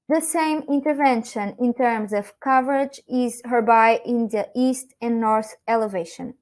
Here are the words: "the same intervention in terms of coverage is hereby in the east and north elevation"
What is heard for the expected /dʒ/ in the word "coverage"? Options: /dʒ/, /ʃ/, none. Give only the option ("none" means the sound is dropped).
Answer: /dʒ/